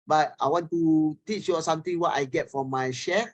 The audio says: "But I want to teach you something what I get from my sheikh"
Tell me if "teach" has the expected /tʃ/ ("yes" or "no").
yes